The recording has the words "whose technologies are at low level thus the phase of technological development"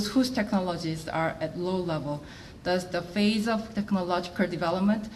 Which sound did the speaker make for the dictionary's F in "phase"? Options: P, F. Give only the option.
F